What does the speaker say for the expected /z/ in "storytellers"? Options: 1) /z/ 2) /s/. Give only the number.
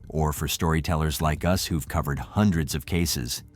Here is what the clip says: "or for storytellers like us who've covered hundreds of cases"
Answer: 1